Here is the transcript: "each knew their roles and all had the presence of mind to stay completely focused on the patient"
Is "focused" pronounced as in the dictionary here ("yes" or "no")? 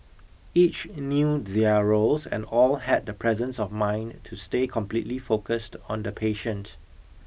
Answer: yes